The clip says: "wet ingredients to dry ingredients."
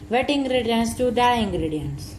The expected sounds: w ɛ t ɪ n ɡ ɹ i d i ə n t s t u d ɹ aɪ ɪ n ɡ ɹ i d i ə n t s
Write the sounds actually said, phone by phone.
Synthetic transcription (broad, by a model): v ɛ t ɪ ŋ ɡ ɹ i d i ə n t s t u d aɪ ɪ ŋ ɡ ɹ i d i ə n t s